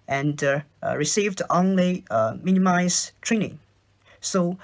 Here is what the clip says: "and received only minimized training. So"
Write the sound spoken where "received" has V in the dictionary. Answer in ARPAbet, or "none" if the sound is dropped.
V